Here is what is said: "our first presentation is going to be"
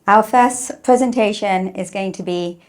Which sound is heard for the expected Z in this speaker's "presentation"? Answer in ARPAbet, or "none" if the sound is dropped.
Z